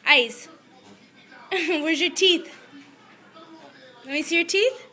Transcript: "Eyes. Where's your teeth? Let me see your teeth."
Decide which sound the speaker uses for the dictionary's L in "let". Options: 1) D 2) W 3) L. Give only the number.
2